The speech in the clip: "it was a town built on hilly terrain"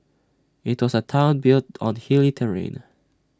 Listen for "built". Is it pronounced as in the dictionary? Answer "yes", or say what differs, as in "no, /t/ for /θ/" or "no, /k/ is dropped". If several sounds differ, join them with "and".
yes